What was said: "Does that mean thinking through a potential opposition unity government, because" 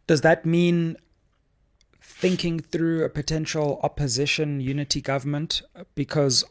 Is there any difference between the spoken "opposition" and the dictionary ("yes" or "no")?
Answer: no